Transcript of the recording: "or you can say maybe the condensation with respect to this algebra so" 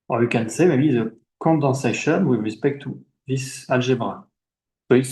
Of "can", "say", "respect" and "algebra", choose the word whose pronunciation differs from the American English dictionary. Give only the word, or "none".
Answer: algebra